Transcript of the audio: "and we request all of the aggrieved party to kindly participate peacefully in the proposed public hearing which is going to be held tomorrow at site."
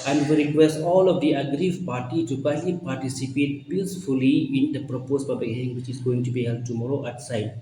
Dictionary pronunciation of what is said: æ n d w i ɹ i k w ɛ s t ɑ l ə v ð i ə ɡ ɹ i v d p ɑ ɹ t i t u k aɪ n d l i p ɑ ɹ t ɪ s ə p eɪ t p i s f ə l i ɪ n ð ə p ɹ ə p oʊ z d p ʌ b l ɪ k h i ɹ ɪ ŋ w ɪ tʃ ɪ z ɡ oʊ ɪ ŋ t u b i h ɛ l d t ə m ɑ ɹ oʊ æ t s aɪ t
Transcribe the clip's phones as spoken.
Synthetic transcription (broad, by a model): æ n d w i ɹ i k w ɛ s t ɑ l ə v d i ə ɡ ɹ i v p ɑ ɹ t i t u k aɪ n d l i p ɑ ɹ t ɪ s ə p eɪ t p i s f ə l i ɪ n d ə p ɹ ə p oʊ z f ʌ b ɪ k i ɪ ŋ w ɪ tʃ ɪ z ɡ oʊ ɪ ŋ t u b i h ɛ l d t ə m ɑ ɹ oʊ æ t s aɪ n